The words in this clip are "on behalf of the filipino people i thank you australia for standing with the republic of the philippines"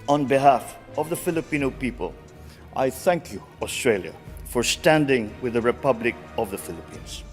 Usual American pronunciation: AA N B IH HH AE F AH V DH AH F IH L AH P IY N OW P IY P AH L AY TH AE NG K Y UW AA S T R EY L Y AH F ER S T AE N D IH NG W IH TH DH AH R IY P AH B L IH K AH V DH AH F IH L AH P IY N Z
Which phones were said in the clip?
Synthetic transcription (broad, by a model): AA N B IH HH AE F AH V DH AH F IH L AH P IY N OW P IY P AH L AY TH AE NG K Y UW AA S T R EY L Y AH F ER S T AE N D IH NG W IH DH AH R IY P AH B L IH K AH V DH AH F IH L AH P IY N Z